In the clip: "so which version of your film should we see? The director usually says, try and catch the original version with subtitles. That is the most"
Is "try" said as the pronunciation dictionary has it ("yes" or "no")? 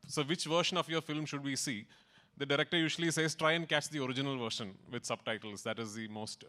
yes